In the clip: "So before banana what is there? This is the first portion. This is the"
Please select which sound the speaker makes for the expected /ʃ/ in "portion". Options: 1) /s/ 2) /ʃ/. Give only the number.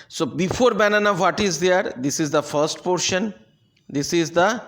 2